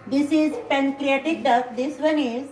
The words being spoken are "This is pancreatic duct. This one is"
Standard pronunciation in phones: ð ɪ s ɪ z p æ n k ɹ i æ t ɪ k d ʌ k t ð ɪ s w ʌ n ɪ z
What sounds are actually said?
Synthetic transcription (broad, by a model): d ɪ s ɪ z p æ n k ɹ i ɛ t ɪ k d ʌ t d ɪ s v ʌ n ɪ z